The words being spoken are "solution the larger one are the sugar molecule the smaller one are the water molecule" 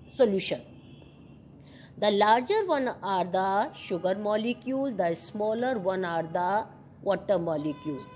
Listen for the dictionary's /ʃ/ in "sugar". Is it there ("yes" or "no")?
yes